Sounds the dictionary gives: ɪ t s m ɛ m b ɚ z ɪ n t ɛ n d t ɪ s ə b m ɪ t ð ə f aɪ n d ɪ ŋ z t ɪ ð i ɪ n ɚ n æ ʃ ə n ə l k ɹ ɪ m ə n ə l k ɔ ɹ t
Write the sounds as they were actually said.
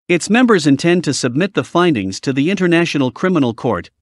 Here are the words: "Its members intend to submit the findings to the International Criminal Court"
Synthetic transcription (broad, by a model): ɪ t s m ɛ m b ɚ z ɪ n t ɛ n t ɪ s ə b m ɪ t ð ə f aɪ n d ɪ ŋ z t ɪ ð i ɪ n ɚ n æ ʃ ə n l k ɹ ɪ m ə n l k ɔ ɹ t